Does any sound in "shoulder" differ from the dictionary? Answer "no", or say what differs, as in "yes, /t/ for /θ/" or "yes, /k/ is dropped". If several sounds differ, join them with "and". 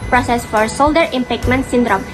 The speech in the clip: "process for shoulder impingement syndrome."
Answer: yes, /s/ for /ʃ/